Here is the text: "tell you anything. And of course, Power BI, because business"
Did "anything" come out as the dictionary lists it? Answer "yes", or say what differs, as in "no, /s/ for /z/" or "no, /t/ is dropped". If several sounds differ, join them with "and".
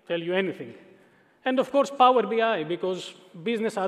no, /t/ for /θ/